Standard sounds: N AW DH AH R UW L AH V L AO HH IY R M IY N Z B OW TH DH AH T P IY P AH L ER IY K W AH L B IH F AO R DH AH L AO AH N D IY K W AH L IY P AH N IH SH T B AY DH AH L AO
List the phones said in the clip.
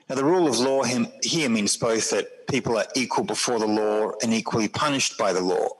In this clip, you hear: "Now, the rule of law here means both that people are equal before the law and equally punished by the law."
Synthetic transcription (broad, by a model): N AW DH AH R UW L AH V L AO HH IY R M IY N Z B OW TH DH AH T P IY P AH L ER IY K W AH L B IH F AO R DH AH L AO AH N IY K W AH L IY P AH N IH SH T B AY DH AH L AO